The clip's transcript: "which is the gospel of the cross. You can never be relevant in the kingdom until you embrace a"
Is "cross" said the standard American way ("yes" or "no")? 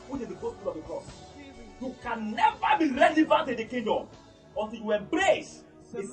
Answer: no